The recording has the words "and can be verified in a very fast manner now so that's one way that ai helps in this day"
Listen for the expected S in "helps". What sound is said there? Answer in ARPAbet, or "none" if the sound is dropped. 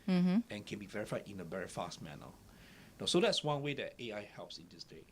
S